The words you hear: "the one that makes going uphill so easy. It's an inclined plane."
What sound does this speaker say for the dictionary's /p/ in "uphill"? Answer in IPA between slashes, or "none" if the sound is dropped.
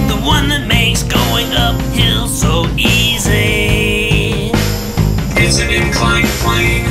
/p/